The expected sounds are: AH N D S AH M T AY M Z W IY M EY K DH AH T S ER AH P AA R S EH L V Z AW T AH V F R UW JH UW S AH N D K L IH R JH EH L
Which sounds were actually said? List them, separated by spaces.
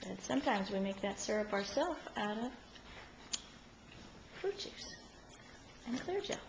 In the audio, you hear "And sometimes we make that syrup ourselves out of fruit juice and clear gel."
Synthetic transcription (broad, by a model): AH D S AH M T AY M Z W IY M EY K DH AH T S ER AH P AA R S EH L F AW T AH V F R UW CH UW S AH N K L IH R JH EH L